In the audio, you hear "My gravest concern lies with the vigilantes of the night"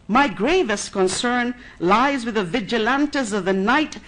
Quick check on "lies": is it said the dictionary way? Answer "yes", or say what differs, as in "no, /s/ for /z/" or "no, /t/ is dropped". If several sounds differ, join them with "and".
yes